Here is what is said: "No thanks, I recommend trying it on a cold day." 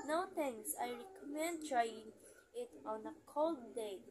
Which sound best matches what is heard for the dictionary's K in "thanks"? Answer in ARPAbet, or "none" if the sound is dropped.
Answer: none